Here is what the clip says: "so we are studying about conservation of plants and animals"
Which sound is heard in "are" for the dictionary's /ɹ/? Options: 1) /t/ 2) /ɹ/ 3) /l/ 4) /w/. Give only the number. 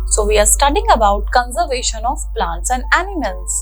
2